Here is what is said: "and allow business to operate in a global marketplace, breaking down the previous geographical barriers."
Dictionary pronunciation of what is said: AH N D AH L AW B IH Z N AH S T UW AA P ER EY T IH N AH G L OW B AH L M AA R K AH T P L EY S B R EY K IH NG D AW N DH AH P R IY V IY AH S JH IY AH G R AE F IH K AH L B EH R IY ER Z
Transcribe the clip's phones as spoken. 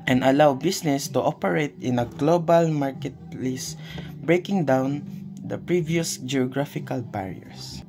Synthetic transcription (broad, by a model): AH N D AH L AW B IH S N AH S T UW AA P ER EY T IH N AH G L OW B AH L M AA R K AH T L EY S B R EY K IH NG D AW N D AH P R IY V IY AH S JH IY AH G R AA F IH K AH L B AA R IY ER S